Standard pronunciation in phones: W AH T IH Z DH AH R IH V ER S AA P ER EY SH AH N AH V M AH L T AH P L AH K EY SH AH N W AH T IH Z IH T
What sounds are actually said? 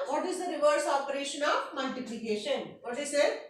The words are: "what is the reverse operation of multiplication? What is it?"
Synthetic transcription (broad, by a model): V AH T IH Z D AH R IH V ER S AA P ER EY SH AH N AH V M AH L T AH P L AH K EY SH AH N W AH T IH S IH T